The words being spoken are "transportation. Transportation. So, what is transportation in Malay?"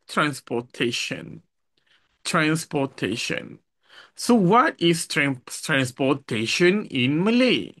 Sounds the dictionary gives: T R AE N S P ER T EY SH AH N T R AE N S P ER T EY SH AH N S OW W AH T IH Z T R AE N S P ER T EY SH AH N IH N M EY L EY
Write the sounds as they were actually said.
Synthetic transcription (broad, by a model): T R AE N S P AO T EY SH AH N T R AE N S P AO T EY SH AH N S OW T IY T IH S T R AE N S P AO T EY SH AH N IH N M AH L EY